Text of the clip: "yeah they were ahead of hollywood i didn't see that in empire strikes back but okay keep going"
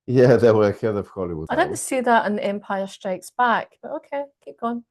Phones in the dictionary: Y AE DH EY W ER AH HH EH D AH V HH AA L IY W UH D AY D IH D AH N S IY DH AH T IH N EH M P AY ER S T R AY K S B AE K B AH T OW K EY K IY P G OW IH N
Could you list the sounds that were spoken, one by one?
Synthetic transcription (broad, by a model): Y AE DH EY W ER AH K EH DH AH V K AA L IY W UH AY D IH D N S IY DH AH T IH N EH M P AY ER S T R AY K S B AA K B AH T OW K EY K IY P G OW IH N